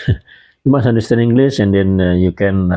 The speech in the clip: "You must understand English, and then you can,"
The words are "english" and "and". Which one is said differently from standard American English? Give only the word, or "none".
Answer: english